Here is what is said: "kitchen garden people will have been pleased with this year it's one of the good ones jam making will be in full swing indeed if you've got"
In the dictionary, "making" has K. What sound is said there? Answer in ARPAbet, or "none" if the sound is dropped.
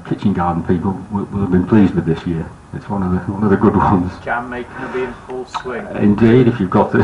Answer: none